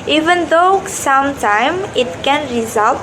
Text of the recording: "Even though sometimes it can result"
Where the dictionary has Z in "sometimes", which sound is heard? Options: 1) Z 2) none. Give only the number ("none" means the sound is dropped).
2